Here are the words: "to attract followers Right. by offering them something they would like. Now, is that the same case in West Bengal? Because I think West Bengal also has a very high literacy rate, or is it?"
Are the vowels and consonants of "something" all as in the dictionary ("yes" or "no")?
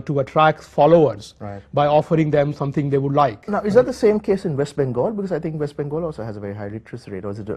no